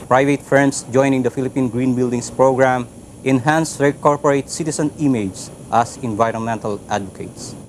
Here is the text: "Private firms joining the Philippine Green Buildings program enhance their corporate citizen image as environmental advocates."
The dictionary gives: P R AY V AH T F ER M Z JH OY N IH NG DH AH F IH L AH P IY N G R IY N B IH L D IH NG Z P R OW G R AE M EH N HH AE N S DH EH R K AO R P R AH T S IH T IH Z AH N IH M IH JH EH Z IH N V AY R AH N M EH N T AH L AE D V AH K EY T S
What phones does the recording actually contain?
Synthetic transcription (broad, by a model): P R AY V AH T F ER M S JH OY N IH NG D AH F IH L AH P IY N G R IY N B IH L D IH NG S P R OW G R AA M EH N HH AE N S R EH K AO R P R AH T S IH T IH S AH N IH M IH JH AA S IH N V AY R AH N M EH N T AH L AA D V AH K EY T S